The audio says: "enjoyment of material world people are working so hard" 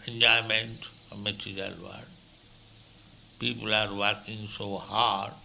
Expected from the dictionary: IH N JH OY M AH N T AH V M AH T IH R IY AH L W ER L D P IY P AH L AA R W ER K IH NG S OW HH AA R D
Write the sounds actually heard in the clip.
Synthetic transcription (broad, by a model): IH N JH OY M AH N T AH M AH T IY R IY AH L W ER D P IY P AH L AA R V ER K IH NG S OW HH AA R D